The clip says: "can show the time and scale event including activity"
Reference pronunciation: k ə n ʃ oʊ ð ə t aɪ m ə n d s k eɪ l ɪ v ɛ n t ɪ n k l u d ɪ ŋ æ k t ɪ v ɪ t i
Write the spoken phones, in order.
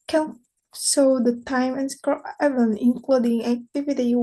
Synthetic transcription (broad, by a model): k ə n s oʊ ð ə t aɪ m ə n s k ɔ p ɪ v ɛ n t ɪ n k l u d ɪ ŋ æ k t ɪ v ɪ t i